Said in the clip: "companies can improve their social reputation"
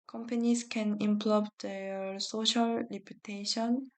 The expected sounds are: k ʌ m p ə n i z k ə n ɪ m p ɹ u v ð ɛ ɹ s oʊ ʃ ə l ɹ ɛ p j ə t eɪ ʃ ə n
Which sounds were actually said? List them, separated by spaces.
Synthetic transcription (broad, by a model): k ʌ m p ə n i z k ə n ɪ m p l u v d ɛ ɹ s oʊ ʃ ə l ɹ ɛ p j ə t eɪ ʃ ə n